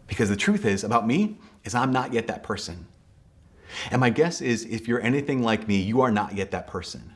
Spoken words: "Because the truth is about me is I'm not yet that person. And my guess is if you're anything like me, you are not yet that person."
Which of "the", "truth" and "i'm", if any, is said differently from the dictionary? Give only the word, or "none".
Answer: none